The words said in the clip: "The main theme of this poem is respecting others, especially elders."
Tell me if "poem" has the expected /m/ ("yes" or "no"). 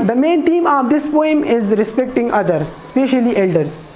yes